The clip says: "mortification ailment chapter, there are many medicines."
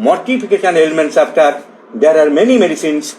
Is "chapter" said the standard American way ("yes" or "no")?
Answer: no